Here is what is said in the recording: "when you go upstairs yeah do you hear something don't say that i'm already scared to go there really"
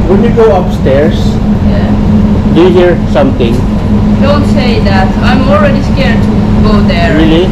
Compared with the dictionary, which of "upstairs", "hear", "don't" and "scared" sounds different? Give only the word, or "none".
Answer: upstairs